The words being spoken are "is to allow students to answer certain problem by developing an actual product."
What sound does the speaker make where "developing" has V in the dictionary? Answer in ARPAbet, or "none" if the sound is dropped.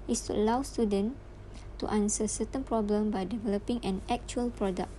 V